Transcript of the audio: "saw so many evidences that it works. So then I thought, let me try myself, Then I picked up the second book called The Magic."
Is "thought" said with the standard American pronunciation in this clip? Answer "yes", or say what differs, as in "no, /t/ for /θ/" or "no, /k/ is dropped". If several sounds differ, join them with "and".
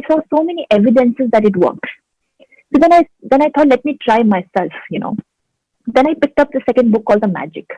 no, /t/ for /θ/